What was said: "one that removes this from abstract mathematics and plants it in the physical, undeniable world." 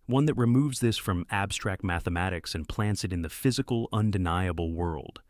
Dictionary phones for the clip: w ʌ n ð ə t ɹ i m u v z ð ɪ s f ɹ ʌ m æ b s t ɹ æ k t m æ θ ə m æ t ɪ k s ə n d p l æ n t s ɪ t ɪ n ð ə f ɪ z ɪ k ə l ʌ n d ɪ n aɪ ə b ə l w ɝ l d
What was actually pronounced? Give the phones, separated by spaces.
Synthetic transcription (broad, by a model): w ʌ n ð ə t ɹ i m u v z ð ɪ s f ɹ ʌ m æ b s t ɹ æ k t m æ θ ə m æ t ɪ k s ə n p l æ n t s ɪ t ɪ n ð ə f ɪ z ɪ k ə l ʌ n d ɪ n aɪ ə b l w ɝ l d